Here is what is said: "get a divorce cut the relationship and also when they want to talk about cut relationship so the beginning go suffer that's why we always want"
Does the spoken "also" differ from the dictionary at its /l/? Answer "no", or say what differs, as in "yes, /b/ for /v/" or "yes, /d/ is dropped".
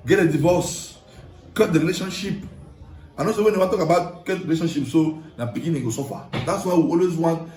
yes, /l/ is dropped